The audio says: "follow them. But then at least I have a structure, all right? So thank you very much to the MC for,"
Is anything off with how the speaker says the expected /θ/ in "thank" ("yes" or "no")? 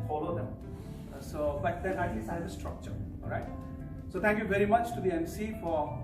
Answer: yes